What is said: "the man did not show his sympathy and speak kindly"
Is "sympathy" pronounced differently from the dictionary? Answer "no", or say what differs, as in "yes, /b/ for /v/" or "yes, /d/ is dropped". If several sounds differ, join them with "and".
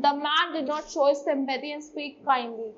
yes, /b/ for /p/